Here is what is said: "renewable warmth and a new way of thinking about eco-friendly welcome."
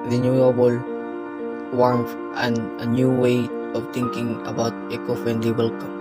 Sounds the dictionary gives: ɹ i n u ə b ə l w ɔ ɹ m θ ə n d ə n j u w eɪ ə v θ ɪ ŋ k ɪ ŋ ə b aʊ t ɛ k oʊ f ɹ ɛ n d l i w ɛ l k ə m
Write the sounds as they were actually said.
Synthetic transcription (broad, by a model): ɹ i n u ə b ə l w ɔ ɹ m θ ə n d ə n j u w eɪ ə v t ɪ ŋ k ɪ ŋ ə b aʊ t ɛ k oʊ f ɛ n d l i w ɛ l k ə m